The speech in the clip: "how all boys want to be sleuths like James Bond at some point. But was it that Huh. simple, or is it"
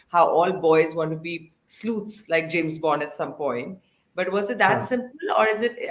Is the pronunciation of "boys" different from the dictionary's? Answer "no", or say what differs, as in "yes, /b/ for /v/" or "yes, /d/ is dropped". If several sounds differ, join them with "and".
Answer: no